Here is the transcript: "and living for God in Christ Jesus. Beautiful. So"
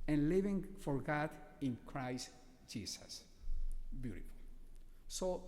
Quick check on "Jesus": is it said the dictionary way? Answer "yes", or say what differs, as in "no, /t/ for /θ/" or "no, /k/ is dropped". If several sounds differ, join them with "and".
no, /s/ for /z/